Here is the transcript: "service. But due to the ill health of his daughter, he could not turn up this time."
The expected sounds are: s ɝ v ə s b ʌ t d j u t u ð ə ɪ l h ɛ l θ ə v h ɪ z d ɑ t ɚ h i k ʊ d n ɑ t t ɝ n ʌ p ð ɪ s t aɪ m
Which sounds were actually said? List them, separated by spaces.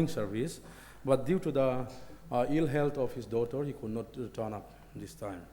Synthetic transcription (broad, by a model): s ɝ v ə s b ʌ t d j u t u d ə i l h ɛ l t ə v h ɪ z d ɑ t ɚ h i k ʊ d n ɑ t t ɝ n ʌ p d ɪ s t aɪ m